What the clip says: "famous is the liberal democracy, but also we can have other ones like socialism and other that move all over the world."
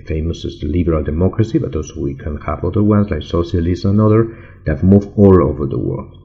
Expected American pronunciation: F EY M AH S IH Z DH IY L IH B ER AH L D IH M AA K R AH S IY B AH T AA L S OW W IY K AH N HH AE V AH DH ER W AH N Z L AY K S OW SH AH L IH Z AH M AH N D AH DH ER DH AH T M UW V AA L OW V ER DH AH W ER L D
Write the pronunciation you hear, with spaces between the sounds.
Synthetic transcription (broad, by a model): F EY M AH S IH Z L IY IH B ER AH L D IH M AA K R AH S IY B AH T AA L S OW W IY K AH N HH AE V AH DH ER W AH N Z L AY K S OW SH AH L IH S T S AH N AH DH ER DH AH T M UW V AA L OW V ER DH AH W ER L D